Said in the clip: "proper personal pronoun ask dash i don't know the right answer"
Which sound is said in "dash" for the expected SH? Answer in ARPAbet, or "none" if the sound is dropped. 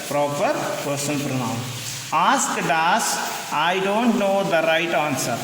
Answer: S